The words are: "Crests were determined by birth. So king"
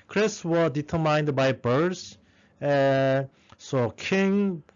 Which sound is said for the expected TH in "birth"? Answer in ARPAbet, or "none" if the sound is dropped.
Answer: S